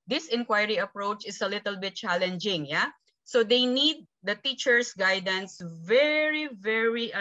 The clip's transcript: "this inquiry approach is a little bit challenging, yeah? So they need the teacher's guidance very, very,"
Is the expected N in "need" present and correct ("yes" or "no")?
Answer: yes